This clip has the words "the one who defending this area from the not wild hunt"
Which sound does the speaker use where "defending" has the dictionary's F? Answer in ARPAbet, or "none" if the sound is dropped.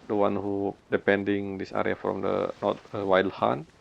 P